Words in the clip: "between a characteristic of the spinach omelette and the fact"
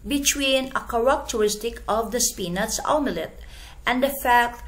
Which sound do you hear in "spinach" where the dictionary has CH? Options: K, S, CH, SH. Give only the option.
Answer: S